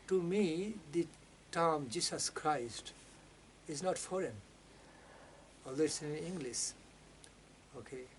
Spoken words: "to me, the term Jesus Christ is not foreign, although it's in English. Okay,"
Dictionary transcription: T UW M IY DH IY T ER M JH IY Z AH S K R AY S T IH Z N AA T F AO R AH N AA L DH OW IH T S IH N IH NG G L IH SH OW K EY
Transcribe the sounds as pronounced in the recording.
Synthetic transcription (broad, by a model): T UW M IY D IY T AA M JH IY S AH S K R AY S T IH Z N AA T F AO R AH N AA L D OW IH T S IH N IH NG G L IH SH OW K EY